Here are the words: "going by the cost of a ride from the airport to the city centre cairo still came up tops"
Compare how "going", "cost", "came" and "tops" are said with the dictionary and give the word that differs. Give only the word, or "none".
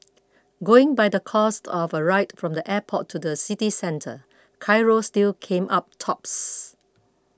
none